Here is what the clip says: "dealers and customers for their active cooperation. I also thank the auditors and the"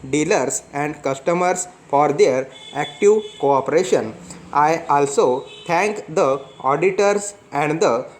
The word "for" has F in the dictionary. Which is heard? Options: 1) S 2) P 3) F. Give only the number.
3